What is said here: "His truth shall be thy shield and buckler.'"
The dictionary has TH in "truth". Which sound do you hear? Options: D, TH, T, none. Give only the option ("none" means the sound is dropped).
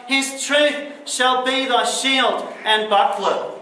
TH